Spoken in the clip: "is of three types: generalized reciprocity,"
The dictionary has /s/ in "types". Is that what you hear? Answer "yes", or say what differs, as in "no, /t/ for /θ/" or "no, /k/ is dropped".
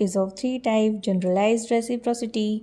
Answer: no, /s/ is dropped